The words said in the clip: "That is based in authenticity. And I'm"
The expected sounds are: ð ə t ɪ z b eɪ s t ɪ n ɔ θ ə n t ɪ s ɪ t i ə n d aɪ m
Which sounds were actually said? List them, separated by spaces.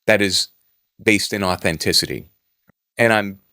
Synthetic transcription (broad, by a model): ð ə t ɪ z b eɪ s t ɪ n ɔ θ ə n t ɪ s ɪ t i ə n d aɪ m